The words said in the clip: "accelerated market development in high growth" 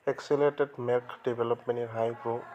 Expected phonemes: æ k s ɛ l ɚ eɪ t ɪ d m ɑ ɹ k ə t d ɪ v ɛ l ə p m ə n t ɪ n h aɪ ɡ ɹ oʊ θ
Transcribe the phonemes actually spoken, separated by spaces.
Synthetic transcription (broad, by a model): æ k s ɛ l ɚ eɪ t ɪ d m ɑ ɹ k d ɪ b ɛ l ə p m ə n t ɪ h aɪ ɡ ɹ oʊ